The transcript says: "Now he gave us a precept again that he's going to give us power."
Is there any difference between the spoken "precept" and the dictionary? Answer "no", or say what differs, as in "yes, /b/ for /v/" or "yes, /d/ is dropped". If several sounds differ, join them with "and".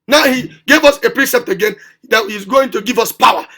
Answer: no